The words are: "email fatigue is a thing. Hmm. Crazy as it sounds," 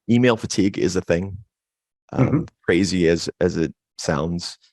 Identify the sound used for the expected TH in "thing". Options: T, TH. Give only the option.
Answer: TH